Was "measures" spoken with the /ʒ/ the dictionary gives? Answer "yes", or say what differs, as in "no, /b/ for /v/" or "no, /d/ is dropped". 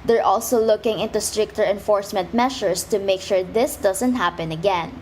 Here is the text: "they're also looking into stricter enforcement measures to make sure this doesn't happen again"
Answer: no, /ʃ/ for /ʒ/